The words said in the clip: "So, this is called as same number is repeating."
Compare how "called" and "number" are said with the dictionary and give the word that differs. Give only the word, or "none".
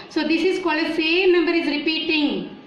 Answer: called